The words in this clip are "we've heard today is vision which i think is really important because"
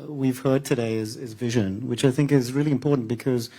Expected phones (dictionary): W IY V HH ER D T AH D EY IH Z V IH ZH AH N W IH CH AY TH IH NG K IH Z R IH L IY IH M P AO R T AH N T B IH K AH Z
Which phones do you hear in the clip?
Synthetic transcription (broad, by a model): W IY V HH ER D T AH D EY IH Z V IH ZH AH N W IH CH AY TH IH NG K IH Z R IH L IY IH M P AO R T N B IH K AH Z